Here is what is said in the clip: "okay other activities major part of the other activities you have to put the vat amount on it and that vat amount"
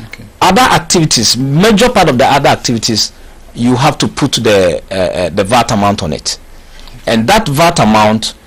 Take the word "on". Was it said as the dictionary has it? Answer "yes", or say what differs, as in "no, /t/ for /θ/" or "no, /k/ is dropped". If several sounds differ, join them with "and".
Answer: yes